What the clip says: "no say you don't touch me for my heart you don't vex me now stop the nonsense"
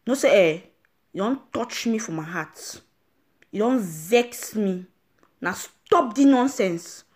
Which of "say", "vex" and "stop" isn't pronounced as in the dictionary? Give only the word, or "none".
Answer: none